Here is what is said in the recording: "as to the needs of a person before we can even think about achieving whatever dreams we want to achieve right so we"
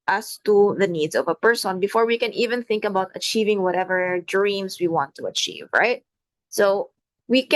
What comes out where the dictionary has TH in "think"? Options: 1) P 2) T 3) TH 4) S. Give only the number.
3